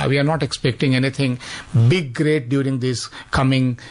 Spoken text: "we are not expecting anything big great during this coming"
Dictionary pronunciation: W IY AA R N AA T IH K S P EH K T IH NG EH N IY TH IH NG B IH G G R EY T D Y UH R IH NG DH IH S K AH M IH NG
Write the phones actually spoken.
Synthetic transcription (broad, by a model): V IY AA R N AA T IH K S P EH K T IH NG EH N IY T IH NG B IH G G R EY T D Y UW R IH NG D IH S K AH M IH NG